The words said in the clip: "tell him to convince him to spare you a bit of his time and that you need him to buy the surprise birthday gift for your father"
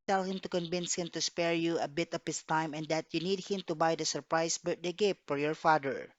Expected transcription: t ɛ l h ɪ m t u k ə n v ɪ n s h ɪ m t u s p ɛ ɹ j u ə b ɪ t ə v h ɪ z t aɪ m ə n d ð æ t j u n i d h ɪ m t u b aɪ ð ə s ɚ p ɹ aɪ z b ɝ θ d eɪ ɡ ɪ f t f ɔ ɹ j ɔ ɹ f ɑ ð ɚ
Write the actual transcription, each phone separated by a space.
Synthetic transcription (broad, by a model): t ɛ l h ɪ m t u k ə n v ɪ n s h ɪ m t u s p ɛ ɹ j u ə b ɪ t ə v h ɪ s t aɪ m ə n d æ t j u n i d h ɪ m t u b aɪ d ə s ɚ p ɹ aɪ s b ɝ t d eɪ ɡ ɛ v f ɔ ɹ j ɔ ɹ f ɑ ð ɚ